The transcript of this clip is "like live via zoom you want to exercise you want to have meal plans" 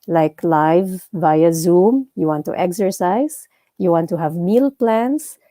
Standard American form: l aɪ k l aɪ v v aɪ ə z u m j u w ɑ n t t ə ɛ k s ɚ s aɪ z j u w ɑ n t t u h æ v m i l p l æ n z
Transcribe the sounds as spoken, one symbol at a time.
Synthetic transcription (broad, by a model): l aɪ k l aɪ v v aɪ ə z u m j u w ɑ n t t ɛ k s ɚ s aɪ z j u w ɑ n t t u h æ v m i l p l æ n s